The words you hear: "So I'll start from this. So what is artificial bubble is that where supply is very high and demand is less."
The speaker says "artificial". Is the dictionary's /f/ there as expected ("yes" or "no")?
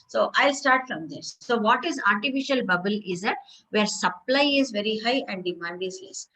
yes